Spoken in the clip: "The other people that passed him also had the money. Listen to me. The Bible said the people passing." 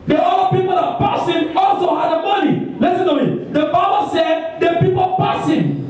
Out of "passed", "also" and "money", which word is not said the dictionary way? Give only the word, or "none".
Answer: passed